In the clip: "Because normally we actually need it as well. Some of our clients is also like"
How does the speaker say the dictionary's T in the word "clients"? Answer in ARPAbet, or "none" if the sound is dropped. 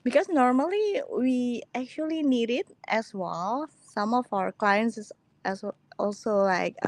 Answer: S